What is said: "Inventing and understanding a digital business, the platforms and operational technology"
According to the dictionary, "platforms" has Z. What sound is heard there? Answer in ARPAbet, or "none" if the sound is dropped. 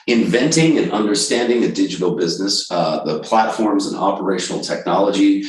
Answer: Z